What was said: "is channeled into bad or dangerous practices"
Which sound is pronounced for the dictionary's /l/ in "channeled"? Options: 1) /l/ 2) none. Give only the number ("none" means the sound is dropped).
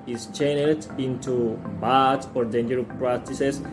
2